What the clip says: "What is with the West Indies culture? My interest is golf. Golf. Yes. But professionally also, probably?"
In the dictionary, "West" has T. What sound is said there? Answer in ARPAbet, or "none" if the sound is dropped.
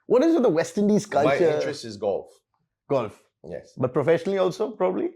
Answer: T